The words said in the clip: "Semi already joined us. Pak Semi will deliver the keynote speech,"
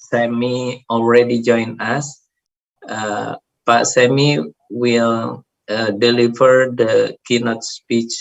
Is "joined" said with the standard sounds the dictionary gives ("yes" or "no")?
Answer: no